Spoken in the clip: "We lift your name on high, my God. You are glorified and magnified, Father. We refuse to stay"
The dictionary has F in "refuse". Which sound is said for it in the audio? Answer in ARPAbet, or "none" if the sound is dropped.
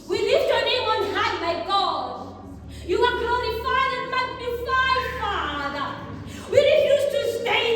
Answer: none